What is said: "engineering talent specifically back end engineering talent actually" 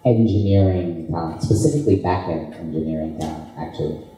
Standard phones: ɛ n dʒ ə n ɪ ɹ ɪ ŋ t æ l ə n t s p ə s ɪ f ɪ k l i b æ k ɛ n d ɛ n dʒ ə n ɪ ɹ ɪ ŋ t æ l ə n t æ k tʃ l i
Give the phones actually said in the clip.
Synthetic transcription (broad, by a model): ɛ n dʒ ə n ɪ ɹ ɪ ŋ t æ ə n s p ə s ɪ f ɪ k l i b æ k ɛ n ɛ n dʒ ə n ɪ ɹ ɪ ŋ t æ ə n æ k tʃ l i